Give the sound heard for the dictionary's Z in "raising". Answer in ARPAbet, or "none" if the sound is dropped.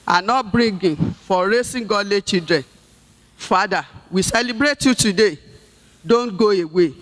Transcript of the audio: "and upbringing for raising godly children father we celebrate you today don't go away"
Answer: S